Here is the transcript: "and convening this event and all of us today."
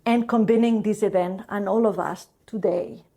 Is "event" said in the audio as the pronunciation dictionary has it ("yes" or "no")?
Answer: yes